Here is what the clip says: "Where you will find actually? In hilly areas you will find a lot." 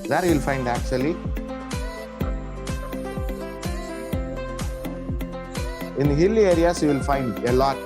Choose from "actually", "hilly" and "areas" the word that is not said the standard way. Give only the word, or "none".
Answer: areas